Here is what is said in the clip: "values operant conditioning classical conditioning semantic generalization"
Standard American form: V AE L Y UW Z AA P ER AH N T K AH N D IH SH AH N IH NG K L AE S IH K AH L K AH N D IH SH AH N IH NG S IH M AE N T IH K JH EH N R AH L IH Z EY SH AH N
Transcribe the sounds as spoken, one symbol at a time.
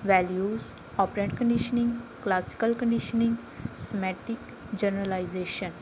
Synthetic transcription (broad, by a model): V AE L Y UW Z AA P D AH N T K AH N D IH SH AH N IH NG K L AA S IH K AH L K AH N D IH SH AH N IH NG S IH M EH T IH K JH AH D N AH L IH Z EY SH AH N